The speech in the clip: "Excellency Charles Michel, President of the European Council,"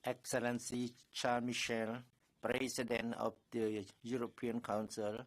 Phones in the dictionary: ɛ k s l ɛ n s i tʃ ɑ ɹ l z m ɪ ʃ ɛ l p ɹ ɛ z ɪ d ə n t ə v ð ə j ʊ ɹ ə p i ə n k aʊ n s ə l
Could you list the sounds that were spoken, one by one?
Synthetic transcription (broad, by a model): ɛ k s l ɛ n s i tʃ ɑ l m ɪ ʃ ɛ l p ɹ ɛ s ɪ d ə n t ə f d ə j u ɹ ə p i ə n k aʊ n s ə l